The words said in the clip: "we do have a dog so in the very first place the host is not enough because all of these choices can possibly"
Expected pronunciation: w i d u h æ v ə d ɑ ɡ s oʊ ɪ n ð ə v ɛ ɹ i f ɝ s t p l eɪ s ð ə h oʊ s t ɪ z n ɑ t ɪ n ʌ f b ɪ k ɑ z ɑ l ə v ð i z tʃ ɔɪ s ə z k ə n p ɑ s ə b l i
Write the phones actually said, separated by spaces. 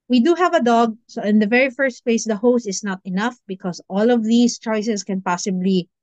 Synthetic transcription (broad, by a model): w i d u h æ v ə d ɑ ɡ s oʊ ɪ n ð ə v ɛ ɹ i f ɝ s t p l eɪ s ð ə h oʊ s t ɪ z n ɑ t ɪ n ʌ f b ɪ k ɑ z ɑ l ə v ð i s tʃ ɔɪ s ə s k ə n p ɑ s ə b l i